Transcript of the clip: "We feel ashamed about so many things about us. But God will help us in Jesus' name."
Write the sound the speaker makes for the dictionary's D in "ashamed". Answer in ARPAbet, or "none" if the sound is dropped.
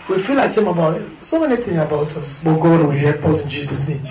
none